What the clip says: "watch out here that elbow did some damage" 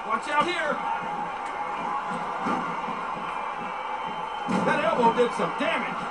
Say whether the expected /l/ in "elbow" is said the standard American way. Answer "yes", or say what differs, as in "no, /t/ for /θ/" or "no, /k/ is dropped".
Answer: no, /l/ is dropped